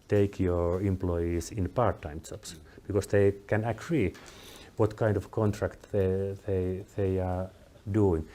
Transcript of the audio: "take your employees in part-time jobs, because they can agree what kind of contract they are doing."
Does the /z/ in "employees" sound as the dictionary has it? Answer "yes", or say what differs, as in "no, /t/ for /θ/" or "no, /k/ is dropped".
no, /s/ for /z/